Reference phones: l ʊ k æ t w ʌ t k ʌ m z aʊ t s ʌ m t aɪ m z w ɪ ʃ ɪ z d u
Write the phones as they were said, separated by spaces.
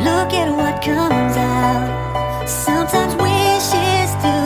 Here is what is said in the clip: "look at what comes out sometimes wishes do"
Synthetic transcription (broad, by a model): l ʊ k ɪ t w ʌ t k ʌ m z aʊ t s ʌ m t aɪ m z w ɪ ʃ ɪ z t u